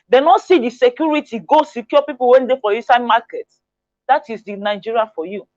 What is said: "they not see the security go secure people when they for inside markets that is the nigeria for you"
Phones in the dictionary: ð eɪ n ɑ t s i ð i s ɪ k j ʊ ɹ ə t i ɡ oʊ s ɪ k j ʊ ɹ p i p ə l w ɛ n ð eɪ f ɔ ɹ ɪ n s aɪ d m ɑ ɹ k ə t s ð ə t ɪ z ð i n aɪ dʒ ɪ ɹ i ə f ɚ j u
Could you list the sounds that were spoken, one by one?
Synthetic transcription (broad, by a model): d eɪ n ɑ t s i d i s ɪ k j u ɹ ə t i ɡ oʊ s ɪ k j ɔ p i p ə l w ɛ n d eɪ f ɔ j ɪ s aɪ m ɑ k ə t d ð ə t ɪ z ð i n aɪ dʒ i ɹ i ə f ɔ j u